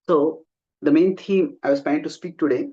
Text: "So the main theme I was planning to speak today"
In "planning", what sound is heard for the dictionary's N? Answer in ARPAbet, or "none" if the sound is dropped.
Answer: none